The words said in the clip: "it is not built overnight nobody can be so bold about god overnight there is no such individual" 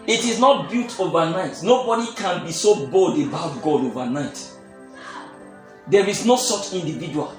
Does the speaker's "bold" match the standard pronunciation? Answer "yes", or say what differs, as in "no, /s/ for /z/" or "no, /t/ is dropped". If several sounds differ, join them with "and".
yes